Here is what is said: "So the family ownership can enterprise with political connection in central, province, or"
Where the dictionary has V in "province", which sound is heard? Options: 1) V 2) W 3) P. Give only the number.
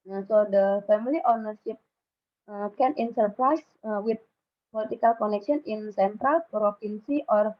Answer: 3